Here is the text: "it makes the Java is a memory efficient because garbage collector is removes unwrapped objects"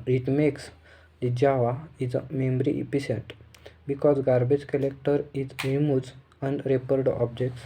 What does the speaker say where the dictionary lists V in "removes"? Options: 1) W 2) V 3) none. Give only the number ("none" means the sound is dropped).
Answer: 3